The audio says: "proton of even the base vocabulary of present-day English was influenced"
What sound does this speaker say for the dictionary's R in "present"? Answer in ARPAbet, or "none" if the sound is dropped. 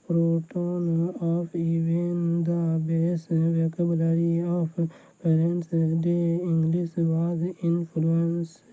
none